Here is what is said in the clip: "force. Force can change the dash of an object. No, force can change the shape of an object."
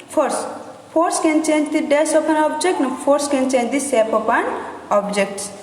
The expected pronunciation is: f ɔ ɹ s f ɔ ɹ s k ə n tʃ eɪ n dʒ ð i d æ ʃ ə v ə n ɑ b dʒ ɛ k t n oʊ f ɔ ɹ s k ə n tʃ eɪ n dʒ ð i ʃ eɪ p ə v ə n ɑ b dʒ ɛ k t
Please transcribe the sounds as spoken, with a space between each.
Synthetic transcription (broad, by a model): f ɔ ɹ s p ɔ ɹ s k ə n tʃ eɪ n dʒ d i d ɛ s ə p ə n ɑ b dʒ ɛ k t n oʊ p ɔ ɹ s k ə n tʃ eɪ n dʒ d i s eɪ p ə p ə n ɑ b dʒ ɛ k t